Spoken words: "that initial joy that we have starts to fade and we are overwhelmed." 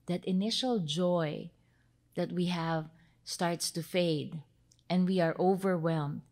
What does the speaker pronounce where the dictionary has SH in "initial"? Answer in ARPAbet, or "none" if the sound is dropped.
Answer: SH